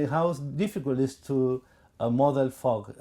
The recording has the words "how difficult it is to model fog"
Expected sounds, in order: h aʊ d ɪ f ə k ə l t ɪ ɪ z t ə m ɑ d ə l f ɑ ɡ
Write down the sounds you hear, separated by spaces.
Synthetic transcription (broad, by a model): h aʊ d ɪ f ə k ə l t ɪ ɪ s t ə m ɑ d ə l f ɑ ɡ